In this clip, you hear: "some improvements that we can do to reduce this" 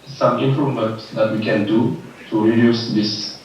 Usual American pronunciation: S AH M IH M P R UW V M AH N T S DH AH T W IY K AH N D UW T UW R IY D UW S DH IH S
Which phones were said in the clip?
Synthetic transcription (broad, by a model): S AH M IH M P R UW M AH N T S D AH T W IY K AH N D UW T UW R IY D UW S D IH S